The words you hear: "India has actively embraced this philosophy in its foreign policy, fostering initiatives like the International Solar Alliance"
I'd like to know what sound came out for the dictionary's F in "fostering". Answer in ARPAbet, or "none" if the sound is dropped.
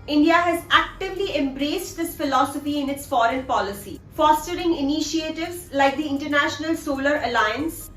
F